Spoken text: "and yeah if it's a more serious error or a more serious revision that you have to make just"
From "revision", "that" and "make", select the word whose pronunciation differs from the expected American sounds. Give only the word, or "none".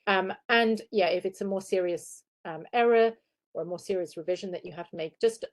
none